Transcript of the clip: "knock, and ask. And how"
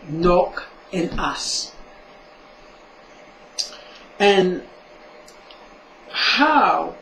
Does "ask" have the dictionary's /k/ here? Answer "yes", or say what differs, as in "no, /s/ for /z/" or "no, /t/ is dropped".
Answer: no, /k/ is dropped